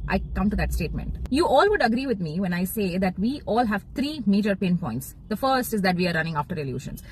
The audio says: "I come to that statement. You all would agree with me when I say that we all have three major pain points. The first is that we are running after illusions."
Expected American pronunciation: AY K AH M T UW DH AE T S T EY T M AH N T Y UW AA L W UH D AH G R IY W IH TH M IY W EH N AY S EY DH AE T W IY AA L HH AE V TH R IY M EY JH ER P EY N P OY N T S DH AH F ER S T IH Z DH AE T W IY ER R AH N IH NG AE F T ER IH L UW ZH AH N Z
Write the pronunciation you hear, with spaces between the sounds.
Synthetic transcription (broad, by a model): AY K AH M T UW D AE T S T EY T M AH N T Y UW AA L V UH D AH G R IY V IH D M IY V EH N AY S EY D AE T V IY AA L HH AE V T R IY M EY JH ER P EY N P OY N T S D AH F ER S T IH Z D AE T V IY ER R AH N IH NG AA F T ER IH L UW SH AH N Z